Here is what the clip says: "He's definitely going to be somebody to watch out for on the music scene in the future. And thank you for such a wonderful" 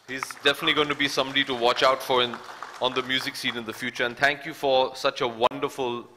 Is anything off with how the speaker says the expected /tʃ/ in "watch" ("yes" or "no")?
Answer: no